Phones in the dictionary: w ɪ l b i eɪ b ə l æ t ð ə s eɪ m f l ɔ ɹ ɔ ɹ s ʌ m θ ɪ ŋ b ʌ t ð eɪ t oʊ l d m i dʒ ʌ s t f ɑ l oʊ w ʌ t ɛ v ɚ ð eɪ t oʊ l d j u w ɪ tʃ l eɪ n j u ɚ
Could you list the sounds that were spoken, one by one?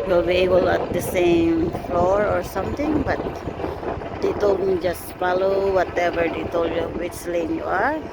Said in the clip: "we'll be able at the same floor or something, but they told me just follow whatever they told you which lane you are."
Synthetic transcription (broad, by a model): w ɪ l b i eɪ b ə l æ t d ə s eɪ m f l ɔ ɹ ɔ ɹ s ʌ m t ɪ ŋ b ʌ t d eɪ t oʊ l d m i dʒ ʌ s t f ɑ l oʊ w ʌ t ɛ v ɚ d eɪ t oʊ l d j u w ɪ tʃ l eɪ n j u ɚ